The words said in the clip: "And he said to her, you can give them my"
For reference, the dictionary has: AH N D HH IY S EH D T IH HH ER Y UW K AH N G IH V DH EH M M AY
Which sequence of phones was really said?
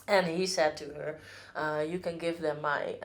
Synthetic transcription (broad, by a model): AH N HH IY S EH D T IH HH ER Y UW K AH N G IH V DH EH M M AY